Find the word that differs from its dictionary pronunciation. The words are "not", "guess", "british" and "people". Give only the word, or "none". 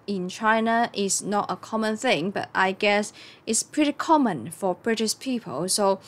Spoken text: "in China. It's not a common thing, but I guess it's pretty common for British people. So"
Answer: british